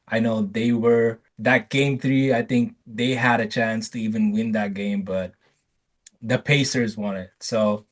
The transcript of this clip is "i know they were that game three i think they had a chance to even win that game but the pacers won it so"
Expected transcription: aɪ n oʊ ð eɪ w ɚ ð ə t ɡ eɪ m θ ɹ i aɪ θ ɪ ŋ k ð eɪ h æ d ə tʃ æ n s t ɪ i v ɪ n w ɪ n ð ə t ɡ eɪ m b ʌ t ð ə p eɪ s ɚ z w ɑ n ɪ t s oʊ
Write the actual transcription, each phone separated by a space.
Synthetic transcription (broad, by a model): aɪ n oʊ ð eɪ w ɚ ð ə t ɡ eɪ m θ ɹ i aɪ θ ɪ ŋ k ð eɪ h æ d ə tʃ æ n s t ɪ i v ɪ n w ɪ n ð ə t ɡ eɪ m b ʌ t ð ə p eɪ s ɚ z w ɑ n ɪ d s oʊ